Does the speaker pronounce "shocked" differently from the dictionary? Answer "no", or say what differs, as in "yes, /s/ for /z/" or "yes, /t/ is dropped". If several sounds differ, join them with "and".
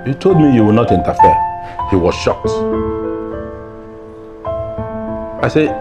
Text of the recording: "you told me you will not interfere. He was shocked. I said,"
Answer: no